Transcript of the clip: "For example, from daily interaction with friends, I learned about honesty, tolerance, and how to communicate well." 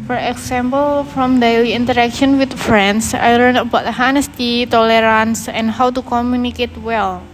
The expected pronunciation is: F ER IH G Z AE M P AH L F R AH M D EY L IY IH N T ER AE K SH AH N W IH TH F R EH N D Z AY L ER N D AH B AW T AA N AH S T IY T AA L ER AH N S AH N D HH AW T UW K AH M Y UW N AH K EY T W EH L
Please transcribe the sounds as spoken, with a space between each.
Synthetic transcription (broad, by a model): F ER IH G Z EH M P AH L F R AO M D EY L IY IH N T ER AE K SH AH N W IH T F R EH N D S AY L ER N AH B AW T AA N AH S T IY T AA L ER AH N S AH N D HH AW T UW K AH M Y UW N AH K EY T W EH L